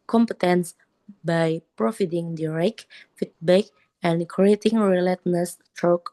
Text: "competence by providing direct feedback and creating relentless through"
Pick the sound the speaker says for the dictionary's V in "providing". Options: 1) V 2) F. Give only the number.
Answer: 2